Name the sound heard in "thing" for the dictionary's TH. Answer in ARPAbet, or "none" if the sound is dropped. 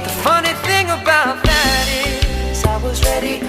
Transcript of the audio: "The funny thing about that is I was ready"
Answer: TH